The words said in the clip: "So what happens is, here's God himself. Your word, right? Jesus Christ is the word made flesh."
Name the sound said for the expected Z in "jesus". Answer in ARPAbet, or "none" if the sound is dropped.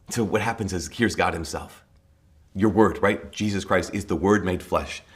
Z